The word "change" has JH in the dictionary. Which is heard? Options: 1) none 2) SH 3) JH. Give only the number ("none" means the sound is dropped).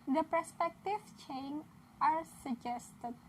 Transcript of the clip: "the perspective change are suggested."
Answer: 1